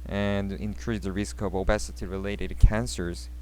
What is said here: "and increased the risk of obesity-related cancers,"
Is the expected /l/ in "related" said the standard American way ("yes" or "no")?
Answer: yes